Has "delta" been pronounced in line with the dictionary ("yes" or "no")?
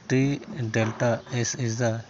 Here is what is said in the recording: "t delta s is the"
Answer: yes